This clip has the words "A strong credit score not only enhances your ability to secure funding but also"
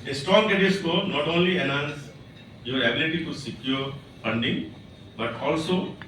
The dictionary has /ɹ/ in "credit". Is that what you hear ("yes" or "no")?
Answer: no